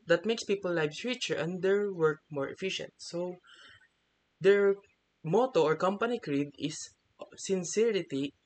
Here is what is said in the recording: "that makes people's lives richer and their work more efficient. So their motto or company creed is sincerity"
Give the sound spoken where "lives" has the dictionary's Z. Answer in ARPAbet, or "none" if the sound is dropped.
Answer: none